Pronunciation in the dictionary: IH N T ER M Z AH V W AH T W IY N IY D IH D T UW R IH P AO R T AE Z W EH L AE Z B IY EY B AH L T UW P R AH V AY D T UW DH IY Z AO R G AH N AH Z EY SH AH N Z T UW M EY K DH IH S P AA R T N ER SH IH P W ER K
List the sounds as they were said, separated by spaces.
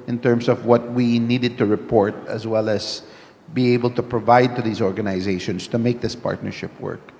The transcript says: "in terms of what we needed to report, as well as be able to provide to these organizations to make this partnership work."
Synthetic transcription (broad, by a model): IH N T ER M S AH V W AH T W IY N IY D IH D T UW R IH P AO R T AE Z W EH L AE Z B IY EY B AH L T UW P R AH V AY D T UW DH IY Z AO R G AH N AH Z EY SH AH N S T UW M EY K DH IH S P AA R T N ER SH IH P W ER K